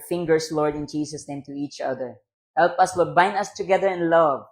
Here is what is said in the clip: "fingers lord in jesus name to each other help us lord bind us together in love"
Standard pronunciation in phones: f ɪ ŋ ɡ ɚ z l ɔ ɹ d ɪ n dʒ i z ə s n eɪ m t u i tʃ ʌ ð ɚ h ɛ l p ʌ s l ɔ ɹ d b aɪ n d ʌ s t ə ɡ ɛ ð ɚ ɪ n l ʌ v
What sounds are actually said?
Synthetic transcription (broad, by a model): f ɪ ŋ ɡ ɚ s l ɔ ɹ d ɪ n dʒ i s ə s n eɪ m t u i tʃ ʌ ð ɚ h ɛ l p ʌ s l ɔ b aɪ n d ʌ s t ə ɡ ɛ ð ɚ ɪ n l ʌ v